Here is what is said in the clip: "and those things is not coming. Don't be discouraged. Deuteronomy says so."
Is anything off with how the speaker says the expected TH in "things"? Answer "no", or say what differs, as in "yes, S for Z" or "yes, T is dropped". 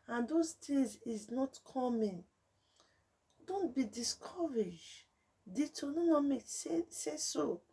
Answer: yes, T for TH